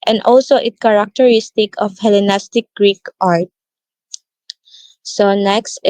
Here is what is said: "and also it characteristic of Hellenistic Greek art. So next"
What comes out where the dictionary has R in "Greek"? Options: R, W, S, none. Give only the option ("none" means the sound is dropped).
R